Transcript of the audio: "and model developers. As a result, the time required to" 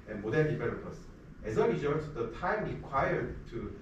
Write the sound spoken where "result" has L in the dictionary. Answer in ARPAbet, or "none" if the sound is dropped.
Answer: none